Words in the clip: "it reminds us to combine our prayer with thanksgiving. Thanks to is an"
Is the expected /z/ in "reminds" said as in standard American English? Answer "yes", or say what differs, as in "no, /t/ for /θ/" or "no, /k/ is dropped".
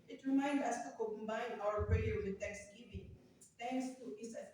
no, /z/ is dropped